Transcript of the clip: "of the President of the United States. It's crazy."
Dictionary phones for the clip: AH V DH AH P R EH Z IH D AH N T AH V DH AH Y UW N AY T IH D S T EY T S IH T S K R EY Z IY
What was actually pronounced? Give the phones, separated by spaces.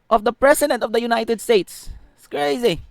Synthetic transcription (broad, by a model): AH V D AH P R EH S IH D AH N T AH V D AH Y UW N AY T IH D S T EY T S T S K R EY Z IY